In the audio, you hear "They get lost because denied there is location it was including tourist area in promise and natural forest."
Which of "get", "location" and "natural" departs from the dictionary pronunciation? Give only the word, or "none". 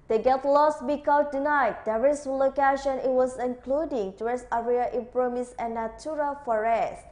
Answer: natural